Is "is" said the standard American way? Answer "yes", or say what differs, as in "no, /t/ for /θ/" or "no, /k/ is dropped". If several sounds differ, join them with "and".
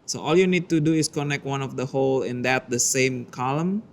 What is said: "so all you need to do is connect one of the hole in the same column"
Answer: no, /s/ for /z/